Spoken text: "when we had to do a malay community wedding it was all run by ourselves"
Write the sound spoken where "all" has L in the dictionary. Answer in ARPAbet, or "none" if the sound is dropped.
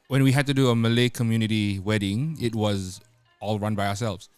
L